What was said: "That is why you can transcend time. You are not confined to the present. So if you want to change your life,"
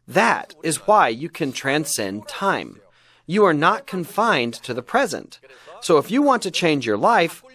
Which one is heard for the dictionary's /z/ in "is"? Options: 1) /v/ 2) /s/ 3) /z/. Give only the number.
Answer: 3